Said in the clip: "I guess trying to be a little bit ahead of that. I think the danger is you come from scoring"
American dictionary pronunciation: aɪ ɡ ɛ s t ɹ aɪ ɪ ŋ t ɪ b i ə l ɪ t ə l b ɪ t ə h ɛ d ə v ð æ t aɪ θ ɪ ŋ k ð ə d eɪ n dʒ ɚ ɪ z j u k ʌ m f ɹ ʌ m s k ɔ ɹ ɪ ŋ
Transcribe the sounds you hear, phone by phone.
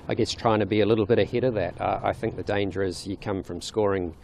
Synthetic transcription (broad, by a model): aɪ ɡ ɛ s t ɹ aɪ ɪ ŋ t ɪ b i ə l ɪ t l b ɪ t ə h ɛ d ə v ð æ t aɪ θ ɪ ŋ k ð ə d eɪ n dʒ ɚ ɪ z j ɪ k ʌ m f ɹ ʌ m s k ɔ ɹ ɪ ŋ